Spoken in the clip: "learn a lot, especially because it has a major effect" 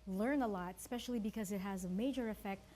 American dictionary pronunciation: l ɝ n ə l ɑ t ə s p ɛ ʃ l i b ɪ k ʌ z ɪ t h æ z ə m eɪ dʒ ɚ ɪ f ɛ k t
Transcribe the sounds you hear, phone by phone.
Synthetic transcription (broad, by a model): l ɝ n ə l ɑ t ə s p ɛ ʃ l i b ɪ k ʌ z ɪ t h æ z ə m eɪ dʒ ɚ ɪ f ɛ k t